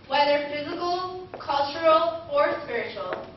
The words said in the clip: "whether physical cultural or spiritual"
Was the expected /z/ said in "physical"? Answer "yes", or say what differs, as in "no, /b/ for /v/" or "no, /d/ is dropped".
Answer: yes